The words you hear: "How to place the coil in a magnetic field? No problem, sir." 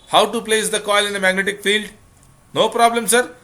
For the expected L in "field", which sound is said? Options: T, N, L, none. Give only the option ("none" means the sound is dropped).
L